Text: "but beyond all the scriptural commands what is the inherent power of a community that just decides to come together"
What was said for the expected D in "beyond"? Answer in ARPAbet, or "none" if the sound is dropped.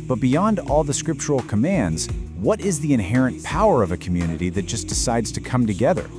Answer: D